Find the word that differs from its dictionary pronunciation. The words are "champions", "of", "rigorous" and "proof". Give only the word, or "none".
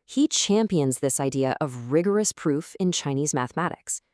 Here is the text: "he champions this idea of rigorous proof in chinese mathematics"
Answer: none